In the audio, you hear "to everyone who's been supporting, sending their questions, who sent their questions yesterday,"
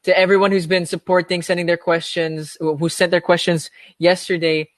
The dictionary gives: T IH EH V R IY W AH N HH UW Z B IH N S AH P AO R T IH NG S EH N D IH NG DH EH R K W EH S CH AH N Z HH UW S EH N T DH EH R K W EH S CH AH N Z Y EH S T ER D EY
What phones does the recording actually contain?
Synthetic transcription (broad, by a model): T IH EH V R IY W AH N HH UW Z B IH N S AH P AO R T IH NG S EH N D IH NG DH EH R K W EH S CH AH N Z HH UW S EH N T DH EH R K W EH S CH AH N Z Y EH S T ER D EY